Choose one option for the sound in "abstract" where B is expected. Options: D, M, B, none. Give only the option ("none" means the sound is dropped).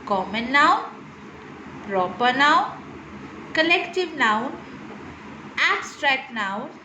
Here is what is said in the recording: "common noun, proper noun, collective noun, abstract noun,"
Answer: none